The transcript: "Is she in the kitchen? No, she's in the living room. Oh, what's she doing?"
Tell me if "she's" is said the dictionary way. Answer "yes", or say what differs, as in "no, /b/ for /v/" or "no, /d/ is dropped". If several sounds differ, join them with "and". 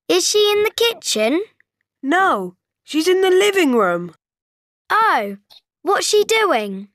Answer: yes